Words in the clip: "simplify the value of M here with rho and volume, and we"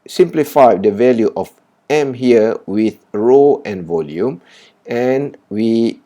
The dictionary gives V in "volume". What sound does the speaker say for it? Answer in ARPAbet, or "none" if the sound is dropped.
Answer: V